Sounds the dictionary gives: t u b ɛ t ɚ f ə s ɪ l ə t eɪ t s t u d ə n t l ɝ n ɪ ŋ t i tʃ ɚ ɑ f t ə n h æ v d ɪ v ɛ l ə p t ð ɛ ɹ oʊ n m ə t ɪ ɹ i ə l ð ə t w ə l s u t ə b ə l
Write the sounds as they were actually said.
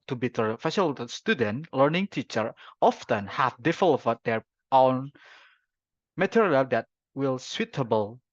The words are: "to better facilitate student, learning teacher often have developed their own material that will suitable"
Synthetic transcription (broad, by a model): t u b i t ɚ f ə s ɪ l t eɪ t s t u d ə n t l ɝ n ɪ ŋ t i tʃ ɚ ɑ f t ə n h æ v d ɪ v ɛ l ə t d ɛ ɹ oʊ n m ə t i ɹ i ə l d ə t w ə l s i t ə b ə l